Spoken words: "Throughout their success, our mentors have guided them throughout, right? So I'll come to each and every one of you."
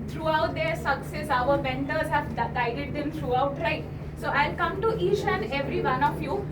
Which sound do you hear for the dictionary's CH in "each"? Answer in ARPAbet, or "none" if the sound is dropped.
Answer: SH